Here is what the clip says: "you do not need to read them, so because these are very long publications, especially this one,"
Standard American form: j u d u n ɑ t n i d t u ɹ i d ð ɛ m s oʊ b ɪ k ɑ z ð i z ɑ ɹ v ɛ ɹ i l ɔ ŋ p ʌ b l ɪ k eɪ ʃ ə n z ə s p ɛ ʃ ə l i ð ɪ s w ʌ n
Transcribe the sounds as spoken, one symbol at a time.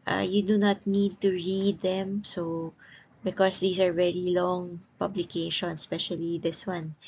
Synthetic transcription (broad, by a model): j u d u n ɑ t n i d t u ɹ i d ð ɛ m s oʊ b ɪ k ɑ s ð i s ɑ ɹ v ɛ ɹ i l ɔ ŋ p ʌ b l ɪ k eɪ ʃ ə n s p ɛ ʃ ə l i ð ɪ s w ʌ n